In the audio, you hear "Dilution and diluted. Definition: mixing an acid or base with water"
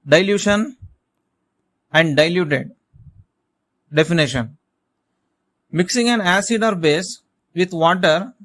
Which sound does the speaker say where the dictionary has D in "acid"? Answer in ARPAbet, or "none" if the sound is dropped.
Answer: D